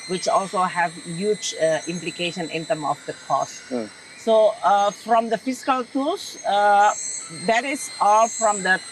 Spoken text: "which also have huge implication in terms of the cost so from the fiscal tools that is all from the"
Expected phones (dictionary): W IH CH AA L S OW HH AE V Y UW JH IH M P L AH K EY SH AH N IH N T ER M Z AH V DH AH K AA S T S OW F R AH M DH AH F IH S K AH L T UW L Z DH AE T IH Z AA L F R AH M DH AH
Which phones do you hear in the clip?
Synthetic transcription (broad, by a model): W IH CH AA L S OW HH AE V Y UW JH IH M P L AH K EY SH AH N IH N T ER M AH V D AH K AA S T S OW F R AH M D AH F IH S K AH L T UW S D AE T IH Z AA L F R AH M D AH